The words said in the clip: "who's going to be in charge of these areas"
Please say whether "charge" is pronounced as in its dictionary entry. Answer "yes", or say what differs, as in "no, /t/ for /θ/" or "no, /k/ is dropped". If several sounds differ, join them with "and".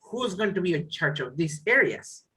no, /tʃ/ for /dʒ/